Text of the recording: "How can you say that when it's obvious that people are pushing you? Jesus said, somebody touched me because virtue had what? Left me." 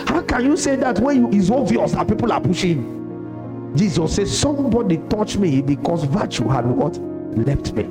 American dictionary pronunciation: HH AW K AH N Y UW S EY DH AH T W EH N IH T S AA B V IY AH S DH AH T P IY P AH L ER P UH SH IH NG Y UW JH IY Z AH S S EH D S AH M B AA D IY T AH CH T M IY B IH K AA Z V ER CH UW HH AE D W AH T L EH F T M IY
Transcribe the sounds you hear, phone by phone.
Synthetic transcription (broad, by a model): HH AW K AH N Y UW S EY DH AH T W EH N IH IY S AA V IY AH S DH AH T P IY P AH L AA P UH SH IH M JH IY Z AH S S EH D S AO M B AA D IY T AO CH M IY B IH K AA S V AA CH UW HH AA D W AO T L EH F T M IY